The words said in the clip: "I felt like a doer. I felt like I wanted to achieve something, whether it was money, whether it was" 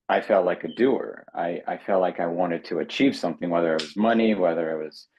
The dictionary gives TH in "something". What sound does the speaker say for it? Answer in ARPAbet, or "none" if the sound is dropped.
TH